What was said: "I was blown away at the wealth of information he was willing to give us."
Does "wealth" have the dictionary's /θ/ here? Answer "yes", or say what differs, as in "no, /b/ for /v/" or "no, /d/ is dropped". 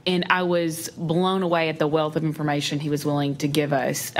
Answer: yes